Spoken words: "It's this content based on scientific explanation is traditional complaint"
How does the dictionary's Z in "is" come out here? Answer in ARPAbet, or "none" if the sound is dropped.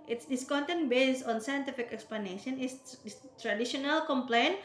S